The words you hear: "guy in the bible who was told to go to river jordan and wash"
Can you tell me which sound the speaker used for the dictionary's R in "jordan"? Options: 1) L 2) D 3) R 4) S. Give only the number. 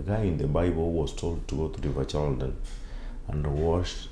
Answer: 1